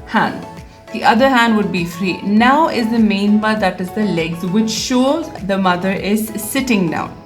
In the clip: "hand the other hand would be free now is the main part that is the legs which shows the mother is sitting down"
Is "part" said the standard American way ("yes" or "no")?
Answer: no